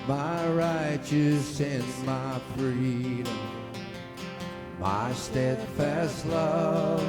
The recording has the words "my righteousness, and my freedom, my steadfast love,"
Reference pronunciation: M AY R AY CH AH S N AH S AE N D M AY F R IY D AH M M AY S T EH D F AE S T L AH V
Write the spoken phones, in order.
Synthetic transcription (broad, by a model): M AY R AY CH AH S AH N M AY F R IY D AH M M AY S T EH D F AE S T L AH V